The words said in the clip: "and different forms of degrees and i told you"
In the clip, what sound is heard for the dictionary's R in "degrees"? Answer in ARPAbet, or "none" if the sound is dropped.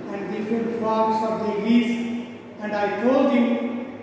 none